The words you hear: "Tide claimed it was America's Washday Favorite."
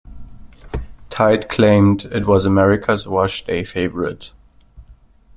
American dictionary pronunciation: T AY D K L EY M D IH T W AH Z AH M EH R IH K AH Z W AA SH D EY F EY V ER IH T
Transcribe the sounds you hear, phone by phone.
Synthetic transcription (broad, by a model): T AY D K L EY M D IH T W AH Z AH M EH R IH K AH Z W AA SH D EY F EY V ER IH T